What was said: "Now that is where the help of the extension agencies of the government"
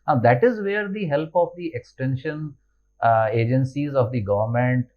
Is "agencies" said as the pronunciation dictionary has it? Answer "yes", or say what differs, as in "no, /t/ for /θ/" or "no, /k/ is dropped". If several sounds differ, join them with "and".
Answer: yes